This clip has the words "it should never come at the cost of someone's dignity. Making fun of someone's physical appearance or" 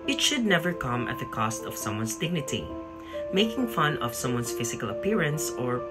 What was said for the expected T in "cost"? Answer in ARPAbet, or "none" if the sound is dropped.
T